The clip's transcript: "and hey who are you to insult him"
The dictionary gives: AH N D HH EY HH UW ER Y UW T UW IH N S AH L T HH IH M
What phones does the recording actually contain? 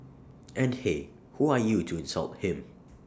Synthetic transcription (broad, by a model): AH N D HH EY HH UW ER Y UW T UW IH N S AH L T HH IH M